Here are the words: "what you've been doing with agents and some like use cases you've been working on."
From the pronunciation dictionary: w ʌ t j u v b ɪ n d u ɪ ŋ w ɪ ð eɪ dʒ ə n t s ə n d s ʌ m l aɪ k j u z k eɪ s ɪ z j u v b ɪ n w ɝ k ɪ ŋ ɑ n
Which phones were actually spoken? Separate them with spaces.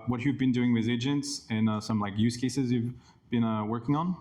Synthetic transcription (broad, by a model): w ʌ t j u v b ɪ n d u ɪ ŋ w ɪ ð eɪ dʒ ə n t s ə n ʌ s ʌ m l aɪ k j u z k eɪ s ɪ z j u v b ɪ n w ɝ k ɪ ŋ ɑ n